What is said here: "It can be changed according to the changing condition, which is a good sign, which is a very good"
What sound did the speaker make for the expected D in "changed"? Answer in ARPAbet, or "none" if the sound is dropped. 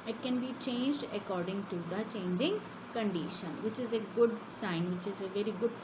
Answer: D